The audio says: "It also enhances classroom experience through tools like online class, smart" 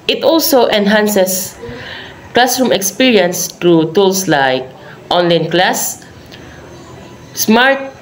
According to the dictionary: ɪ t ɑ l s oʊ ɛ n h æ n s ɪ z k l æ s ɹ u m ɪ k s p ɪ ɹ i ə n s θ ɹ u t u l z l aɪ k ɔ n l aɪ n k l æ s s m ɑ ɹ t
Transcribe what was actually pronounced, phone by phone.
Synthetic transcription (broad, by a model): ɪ t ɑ l s oʊ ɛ n h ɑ n s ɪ s k l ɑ s ɹ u m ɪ k s p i ɹ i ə n s t ɹ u t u l s l aɪ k ɔ n l aɪ n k l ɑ s s m ɑ ɹ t